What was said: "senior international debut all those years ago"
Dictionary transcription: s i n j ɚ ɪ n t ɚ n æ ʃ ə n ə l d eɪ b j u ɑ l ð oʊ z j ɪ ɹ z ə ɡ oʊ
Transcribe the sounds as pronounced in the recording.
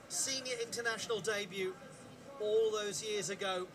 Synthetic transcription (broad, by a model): s i n j ɚ ɪ n t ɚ n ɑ ʃ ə n ə l d eɪ b j u ɑ l ð oʊ z j ɪ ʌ z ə ɡ oʊ